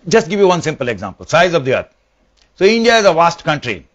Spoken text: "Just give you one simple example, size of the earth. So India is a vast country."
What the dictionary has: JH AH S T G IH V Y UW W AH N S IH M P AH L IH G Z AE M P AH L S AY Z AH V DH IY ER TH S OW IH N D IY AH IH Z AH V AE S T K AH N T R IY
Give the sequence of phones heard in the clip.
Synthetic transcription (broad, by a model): JH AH S T G IH V Y UW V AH N S IH M P AH L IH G Z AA M P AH L S AY Z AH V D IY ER T S OW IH N D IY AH IH Z AH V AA S T K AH N T R IY